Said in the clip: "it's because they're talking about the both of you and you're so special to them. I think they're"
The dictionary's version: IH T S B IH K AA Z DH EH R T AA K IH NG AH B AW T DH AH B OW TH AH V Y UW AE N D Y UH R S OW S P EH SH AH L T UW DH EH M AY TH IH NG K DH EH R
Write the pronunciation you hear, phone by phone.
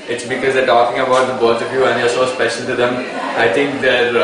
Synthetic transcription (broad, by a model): IH T S B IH K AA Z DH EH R T AA K IH NG AH B AW T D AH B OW T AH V Y UW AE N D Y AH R S OW S P EH SH AH L T UW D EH M AY T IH NG K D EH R